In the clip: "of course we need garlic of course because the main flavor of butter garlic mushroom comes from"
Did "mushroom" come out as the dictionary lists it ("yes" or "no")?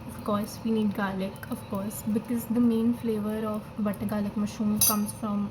no